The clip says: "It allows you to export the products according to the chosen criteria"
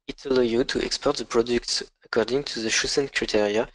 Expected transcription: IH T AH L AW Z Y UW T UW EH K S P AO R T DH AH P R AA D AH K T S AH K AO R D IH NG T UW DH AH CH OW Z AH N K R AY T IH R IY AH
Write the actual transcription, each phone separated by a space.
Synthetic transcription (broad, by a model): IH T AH L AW Y UW T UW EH K S P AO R T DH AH P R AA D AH K T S AH K AO R D IH NG T UW DH AH SH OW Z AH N K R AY T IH R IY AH